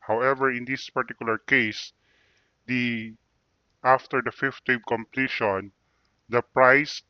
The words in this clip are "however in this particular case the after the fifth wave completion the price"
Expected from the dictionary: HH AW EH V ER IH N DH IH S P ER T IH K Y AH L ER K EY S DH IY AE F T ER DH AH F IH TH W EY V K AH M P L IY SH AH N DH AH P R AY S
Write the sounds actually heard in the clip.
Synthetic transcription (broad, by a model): HH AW EH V ER IH N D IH S P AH T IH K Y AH L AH K EY S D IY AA F T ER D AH F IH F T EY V K AH M P L IY SH AH N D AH P R AY S